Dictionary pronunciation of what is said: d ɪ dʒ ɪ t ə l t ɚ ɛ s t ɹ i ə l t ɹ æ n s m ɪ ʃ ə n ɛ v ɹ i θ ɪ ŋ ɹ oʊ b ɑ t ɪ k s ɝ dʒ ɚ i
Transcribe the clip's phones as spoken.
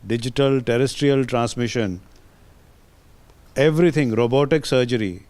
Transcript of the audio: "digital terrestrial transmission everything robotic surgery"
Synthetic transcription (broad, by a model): d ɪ dʒ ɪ t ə l t ɚ ɛ s t ɹ i ə l t ɹ æ n s m ɪ ʃ ə n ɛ v ɹ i t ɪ ŋ ɹ oʊ b ɑ t ɪ k s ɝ dʒ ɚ i